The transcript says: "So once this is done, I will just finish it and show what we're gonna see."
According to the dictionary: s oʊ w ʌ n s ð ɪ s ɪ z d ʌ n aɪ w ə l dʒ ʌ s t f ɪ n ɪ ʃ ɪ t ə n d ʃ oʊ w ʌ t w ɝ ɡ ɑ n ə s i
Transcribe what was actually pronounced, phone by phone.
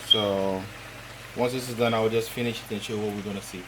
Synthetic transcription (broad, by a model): s oʊ w ʌ n s ð ɪ s ɪ z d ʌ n aɪ w ə l dʒ ʌ s t f ɪ n ɪ ʃ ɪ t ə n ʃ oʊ w ʌ t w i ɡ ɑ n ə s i